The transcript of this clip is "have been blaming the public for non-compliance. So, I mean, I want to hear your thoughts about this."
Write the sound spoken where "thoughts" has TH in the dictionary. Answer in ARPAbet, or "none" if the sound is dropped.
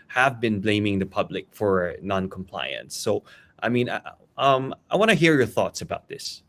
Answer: TH